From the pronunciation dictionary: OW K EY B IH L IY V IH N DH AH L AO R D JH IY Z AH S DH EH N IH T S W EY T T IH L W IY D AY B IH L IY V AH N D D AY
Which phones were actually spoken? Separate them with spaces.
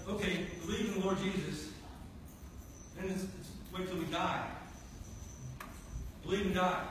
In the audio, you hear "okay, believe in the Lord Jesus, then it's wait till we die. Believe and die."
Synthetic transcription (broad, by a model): OW K EY B IH L IY V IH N DH AH L AO R D JH IY Z AH S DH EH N IH T S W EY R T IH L W IY D AY B IH L IY V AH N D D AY